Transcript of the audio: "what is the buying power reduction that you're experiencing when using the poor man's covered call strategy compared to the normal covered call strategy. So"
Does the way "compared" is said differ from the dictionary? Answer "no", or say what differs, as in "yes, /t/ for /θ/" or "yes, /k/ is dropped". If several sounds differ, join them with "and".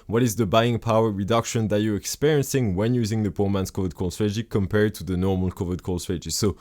no